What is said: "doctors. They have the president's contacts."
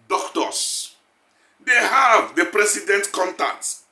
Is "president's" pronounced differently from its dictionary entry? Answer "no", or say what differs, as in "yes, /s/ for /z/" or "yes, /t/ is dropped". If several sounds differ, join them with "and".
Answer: yes, /s/ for /z/ and /s/ is dropped